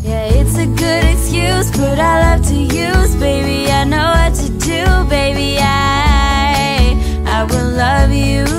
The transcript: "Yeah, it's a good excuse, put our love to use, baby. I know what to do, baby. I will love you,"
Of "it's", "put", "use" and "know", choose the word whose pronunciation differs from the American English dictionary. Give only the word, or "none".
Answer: put